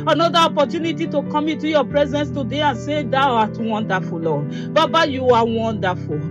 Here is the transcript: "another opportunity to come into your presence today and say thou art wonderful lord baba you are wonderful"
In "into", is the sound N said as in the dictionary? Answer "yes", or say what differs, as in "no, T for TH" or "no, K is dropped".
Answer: no, N is dropped